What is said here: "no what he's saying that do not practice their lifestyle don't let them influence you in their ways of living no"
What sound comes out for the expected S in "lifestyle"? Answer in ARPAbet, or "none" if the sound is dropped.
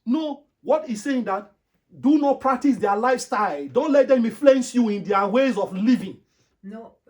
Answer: S